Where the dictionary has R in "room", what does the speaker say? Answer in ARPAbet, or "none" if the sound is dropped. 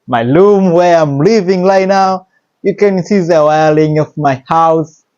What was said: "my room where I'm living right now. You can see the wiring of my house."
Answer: L